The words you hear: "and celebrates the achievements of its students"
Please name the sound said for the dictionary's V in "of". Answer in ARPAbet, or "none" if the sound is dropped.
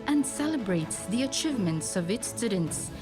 V